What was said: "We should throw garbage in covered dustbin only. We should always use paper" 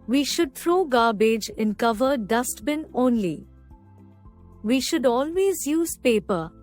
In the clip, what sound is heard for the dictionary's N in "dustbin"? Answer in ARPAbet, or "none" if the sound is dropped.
N